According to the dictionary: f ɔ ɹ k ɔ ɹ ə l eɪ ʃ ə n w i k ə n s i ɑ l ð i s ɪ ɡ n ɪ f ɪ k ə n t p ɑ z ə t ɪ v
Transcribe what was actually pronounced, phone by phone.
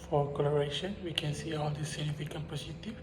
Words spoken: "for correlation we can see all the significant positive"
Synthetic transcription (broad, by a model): f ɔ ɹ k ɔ l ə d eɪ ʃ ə n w i k ə n s i ɑ l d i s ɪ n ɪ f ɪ k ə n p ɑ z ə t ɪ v